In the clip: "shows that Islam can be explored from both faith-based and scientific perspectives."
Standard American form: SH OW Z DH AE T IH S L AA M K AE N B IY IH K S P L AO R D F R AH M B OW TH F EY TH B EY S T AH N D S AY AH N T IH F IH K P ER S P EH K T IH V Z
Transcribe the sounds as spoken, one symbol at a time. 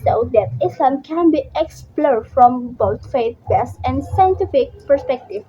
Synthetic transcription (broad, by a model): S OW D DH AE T IH S L AA M K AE N B IY IH K S P L AO R D F R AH M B OW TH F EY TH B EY S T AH N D S AY AH N T IH F IH K P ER S P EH K T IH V